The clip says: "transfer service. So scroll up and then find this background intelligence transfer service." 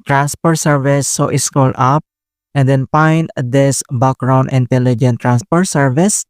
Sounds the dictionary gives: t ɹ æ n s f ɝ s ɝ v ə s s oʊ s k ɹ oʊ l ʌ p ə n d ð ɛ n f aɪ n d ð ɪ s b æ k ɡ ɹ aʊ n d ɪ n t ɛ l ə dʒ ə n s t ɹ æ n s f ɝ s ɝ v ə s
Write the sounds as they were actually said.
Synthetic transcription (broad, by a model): t ɹ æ n s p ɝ s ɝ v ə s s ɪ s k oʊ l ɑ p ə n d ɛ n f aɪ n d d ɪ s b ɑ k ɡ ɹ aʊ n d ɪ n t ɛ l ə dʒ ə n t ɹ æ n s p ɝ s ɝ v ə s